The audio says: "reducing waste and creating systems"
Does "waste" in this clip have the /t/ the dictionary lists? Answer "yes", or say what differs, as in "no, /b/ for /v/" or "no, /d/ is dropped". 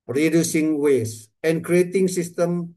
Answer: no, /t/ is dropped